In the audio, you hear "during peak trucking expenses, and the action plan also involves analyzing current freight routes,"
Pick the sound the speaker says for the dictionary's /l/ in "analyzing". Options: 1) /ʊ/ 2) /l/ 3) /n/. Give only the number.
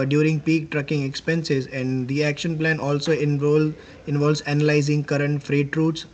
2